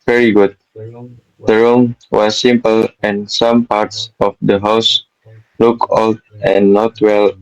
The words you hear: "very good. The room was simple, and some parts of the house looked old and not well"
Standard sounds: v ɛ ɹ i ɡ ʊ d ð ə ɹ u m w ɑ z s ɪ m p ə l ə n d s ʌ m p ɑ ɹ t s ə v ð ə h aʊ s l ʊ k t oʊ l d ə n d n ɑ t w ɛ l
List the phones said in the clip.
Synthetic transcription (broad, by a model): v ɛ ɹ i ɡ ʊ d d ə ɹ u m w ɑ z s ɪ m p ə l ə n s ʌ m p ɑ ɹ t s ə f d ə h aʊ s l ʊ k oʊ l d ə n n ɑ t w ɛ l